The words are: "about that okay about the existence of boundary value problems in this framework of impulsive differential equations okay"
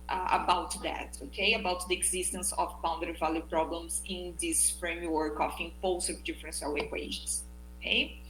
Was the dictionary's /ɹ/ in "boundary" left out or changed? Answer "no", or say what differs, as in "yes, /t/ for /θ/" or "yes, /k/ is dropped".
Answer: yes, /ɹ/ is dropped